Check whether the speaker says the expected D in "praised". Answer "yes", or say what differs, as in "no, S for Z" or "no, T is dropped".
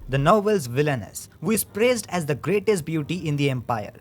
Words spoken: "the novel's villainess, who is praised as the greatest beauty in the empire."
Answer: yes